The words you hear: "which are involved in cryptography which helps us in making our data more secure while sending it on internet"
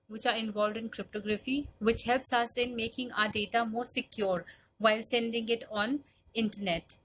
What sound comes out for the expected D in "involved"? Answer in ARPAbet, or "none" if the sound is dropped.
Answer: D